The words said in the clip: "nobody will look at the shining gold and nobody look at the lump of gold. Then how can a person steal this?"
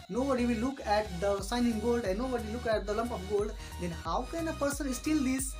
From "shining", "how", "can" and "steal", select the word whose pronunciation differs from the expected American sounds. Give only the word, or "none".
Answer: shining